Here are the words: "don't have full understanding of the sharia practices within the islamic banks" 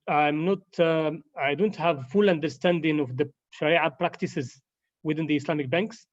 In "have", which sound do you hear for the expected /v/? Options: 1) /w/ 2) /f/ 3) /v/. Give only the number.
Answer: 3